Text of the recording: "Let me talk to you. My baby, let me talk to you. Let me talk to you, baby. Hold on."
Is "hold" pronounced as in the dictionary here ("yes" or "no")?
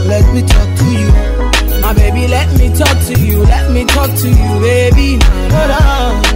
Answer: no